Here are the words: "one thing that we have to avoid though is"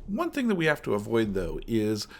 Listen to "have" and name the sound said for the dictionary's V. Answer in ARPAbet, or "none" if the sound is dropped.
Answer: F